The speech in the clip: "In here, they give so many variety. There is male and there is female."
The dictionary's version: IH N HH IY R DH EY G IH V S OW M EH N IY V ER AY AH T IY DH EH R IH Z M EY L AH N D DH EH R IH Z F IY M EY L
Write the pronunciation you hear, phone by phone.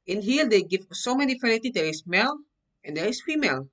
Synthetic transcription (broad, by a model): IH N HH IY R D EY G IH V S OW M EH N IY F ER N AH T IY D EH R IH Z M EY L AH N D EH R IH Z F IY M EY L